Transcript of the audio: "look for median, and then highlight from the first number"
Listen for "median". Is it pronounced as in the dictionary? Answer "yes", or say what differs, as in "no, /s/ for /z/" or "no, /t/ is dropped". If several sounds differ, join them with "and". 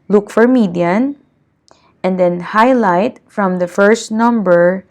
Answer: yes